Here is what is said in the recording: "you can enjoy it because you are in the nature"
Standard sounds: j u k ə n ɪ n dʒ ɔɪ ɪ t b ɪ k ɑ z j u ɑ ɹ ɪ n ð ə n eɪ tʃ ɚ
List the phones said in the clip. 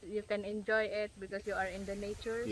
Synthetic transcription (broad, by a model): j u k ə n ɪ n dʒ ɔɪ ɪ t b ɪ k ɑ s j u ɑ ɹ ɪ n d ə n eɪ tʃ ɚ